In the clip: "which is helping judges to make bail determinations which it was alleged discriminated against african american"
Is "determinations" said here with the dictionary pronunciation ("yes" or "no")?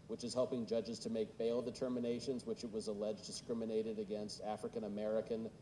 yes